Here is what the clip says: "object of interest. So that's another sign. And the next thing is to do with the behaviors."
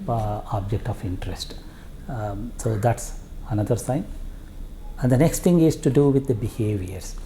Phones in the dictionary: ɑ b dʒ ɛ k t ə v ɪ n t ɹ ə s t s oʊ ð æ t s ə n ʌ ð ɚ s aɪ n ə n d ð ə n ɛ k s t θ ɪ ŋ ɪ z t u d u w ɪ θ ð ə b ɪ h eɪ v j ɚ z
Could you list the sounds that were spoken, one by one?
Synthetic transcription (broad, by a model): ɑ b dʒ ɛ k t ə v ɪ n t ɹ ə s t s oʊ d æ t s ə n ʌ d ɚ s aɪ n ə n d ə n ɛ k s t t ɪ ŋ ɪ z t u d u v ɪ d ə b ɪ h eɪ v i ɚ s